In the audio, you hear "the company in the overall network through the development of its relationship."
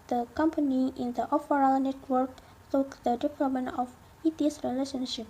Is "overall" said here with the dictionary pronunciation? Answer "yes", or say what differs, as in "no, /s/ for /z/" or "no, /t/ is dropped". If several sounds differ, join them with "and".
no, /f/ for /v/